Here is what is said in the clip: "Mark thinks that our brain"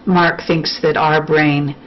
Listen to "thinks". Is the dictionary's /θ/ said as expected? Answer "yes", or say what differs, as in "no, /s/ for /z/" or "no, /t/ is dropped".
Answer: yes